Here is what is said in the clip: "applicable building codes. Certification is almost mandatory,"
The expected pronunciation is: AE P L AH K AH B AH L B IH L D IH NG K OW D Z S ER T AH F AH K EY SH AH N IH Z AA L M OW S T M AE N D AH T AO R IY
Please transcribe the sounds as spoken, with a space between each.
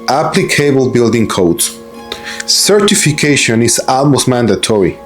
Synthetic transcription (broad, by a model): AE P L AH K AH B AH L B IH L D IH NG K OW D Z S ER T AH F AH K EY SH AH N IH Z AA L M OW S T M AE N D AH T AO R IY